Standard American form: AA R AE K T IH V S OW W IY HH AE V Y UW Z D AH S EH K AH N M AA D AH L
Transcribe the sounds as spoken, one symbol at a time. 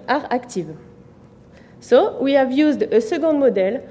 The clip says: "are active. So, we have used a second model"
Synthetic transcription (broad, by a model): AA R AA K T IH V S OW W IY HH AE V Y UW Z D AH S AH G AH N M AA D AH L